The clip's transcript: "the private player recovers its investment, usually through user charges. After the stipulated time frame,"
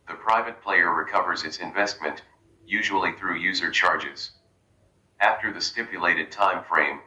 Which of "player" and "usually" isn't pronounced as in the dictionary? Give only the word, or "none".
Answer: none